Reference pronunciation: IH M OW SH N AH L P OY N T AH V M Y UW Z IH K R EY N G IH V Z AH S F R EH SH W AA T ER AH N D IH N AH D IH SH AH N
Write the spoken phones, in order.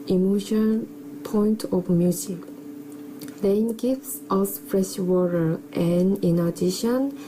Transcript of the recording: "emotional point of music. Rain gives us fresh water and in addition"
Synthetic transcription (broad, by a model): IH M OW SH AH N P OY N T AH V M Y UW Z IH K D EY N G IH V S AH S F R EH SH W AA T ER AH N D IH N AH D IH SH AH N